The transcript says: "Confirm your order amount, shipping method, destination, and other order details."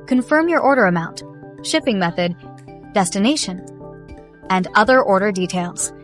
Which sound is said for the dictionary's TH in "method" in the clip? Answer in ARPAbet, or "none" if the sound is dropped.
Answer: TH